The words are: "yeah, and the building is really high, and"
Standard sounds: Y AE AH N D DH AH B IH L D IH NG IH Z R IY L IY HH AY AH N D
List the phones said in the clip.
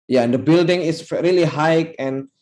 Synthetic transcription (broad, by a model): Y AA AH N D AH B IH L D IH NG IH S R IY L IY HH AY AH N